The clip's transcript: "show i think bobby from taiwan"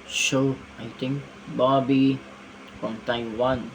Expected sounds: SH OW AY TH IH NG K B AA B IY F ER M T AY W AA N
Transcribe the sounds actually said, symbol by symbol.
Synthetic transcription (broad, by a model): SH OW AY T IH NG K B AA B IY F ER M T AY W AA N